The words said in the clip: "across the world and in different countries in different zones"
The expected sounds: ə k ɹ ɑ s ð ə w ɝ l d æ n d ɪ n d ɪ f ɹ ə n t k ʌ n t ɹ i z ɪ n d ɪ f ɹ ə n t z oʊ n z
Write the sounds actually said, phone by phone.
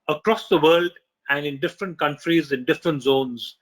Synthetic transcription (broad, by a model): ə k ɹ ɑ s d ə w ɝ l d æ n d ɪ n d ɪ f ɹ ə n t k ʌ n t ɹ i z ɪ n d ɪ f ɹ ə n t z oʊ n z